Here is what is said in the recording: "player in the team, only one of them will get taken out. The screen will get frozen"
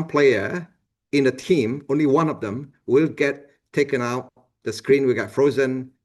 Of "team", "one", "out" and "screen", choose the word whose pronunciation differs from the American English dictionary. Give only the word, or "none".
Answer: none